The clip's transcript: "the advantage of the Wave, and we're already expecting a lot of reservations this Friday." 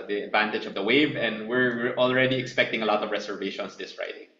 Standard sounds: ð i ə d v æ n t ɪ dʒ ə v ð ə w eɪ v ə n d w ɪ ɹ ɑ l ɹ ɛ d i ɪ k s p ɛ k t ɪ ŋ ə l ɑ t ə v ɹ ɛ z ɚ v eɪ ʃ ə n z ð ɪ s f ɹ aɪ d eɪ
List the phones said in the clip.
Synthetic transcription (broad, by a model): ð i ə d v æ n t ɪ dʒ ə v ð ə w eɪ v ə n d w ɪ ɹ ɑ l ɹ ɛ d i ɪ k s p ɛ k t ɪ ŋ ə l ɑ t ə v ɹ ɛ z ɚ v eɪ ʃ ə n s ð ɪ s f ɹ aɪ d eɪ